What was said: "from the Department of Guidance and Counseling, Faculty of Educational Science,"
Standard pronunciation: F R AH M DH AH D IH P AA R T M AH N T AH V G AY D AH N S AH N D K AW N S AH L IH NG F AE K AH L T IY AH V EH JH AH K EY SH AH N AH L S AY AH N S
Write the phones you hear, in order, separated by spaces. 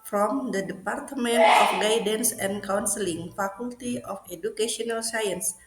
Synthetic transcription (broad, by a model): F R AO M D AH D IH P AA R T M AH N T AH F G AY D AH N S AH N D K AW N S AH L IH NG F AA K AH L T IY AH F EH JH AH K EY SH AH N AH L S AY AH N S